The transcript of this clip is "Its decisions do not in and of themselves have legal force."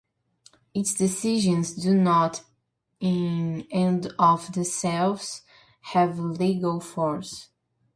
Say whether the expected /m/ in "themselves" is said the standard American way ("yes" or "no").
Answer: no